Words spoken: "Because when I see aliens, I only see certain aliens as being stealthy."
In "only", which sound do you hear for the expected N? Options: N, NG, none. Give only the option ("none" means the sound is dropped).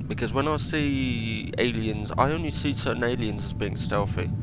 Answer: N